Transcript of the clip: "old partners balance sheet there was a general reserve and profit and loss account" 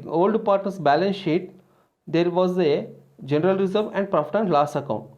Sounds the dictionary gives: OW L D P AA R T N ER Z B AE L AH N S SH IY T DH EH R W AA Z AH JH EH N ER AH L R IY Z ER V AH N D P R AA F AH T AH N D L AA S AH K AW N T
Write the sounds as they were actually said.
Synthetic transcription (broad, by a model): OW L D P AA R T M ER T B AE L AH N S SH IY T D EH R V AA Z AH JH EH N ER AH L R IY Z ER V AH N D P R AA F T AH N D L AA S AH K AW N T